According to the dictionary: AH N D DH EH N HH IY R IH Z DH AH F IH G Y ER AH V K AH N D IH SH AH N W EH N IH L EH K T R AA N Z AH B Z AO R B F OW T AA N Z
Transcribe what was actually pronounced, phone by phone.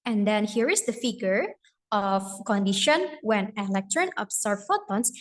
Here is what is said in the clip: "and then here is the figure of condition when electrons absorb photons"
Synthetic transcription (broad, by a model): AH N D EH N HH IY R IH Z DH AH F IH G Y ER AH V K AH N D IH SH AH N W EH N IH L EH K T R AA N AH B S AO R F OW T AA N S